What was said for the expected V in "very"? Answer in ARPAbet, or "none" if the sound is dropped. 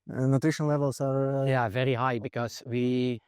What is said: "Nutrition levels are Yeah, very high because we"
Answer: V